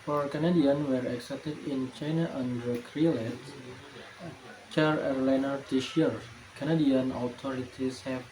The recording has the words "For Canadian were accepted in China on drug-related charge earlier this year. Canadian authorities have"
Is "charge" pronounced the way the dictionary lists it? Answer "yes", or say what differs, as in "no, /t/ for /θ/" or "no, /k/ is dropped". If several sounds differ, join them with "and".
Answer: no, /dʒ/ is dropped